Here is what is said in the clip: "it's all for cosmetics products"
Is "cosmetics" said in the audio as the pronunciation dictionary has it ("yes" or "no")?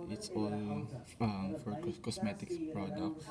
no